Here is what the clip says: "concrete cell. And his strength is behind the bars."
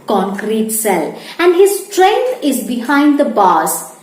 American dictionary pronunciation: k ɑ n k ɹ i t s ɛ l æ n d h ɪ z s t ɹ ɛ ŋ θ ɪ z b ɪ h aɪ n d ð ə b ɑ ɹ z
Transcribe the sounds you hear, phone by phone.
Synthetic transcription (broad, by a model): k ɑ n k ɹ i t s ɛ l æ n d h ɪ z s t ɹ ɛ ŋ t ɪ z b ɪ h aɪ n d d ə b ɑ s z